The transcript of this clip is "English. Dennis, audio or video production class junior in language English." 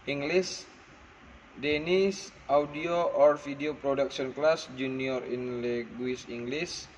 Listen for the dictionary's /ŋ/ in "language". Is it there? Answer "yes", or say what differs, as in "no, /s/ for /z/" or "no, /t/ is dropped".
no, /ŋ/ is dropped